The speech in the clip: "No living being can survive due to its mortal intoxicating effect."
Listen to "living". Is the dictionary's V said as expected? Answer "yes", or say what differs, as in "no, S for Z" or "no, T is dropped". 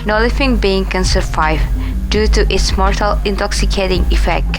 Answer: no, F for V